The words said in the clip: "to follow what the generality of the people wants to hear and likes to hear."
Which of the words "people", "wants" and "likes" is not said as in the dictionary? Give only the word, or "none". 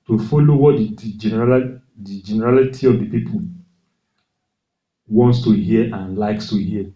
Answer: none